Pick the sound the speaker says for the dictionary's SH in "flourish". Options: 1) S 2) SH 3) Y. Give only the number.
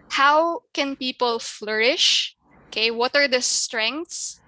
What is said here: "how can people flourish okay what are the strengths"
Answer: 2